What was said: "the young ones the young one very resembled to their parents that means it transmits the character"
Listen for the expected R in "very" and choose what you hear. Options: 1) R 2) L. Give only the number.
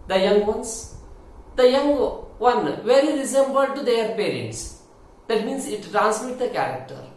2